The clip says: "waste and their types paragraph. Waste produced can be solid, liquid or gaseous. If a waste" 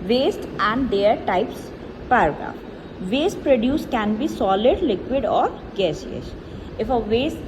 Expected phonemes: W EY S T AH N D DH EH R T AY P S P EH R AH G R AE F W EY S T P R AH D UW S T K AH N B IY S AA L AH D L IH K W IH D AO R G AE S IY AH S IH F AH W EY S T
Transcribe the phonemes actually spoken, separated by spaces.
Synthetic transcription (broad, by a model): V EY S T AH N D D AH R T AY P S P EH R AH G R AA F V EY S T P R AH D UW S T K AH N B IY S AA L AH D L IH K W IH D AO R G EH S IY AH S IH F AH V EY S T